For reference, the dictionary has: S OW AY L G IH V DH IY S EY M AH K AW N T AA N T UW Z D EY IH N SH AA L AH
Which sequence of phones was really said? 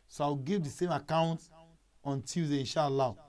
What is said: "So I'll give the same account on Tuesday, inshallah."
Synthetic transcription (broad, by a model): S OW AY W G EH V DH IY S EY M AH K AW N T AA N T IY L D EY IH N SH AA L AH